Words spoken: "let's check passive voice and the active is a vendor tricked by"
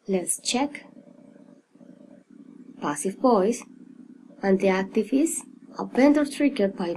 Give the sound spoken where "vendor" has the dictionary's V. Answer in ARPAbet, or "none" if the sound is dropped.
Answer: P